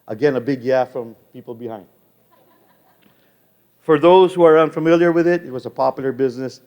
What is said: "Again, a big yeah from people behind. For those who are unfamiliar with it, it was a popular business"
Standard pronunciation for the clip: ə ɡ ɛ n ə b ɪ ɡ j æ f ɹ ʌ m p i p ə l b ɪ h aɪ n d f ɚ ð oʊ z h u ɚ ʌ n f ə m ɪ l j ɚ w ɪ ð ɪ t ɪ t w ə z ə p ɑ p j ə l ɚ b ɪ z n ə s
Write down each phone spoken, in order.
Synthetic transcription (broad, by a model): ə ɡ ɛ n ə b ɪ ɡ j æ f ɹ ʌ m p i p l b ɪ h aɪ n d f ɚ ð oʊ z h u ɚ ʌ n f ə m ɪ l j ɚ w ɪ ð ɪ t ɪ t w ə z ə p ɑ p j l ɚ b ɪ z n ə s